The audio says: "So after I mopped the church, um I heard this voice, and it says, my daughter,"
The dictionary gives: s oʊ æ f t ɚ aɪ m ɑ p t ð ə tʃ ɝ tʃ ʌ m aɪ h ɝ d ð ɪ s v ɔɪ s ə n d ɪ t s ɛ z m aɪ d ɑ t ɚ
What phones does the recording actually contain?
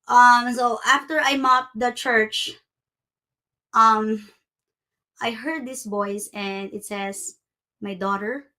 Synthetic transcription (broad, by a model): s oʊ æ f t ɚ aɪ m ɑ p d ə tʃ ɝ tʃ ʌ m aɪ h ɝ d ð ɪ s b ɔɪ s ə n d ɪ t s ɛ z m aɪ d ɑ t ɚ